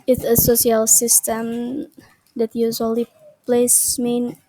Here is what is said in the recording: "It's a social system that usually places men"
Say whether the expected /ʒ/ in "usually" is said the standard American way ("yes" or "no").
no